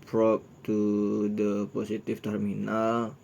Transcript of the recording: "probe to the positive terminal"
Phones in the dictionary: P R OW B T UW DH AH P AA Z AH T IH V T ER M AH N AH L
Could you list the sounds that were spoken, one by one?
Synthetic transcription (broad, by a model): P R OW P T UW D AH P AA S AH T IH F T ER M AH N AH L